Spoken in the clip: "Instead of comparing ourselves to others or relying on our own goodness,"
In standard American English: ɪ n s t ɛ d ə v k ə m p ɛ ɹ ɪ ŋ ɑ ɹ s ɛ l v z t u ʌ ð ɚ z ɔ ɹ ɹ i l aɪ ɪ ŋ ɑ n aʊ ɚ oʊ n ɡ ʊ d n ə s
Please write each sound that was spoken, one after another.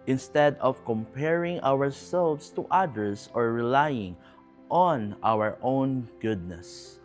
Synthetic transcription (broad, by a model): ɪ n s t ɛ d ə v k ə m p ɛ ɹ ɪ ŋ ɑ ɹ s ɛ l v s t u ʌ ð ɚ s ɔ ɹ ɹ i l aɪ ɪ ŋ ɑ n aʊ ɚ oʊ n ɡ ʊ d n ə s